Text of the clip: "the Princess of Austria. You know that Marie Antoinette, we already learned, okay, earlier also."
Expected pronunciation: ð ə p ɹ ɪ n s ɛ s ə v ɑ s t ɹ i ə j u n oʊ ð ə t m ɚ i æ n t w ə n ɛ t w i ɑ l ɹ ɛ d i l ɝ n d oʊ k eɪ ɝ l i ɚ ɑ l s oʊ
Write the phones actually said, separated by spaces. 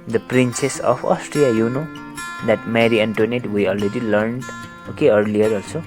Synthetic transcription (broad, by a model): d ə p ɹ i n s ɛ s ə p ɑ s t ɹ i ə j u n oʊ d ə t m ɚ i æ n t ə n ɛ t w i ɑ l ɹ ɛ d i l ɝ n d oʊ k eɪ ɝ l i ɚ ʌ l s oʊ